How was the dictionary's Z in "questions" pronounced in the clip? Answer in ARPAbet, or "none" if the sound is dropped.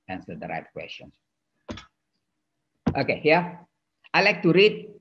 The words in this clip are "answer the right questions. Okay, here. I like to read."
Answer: S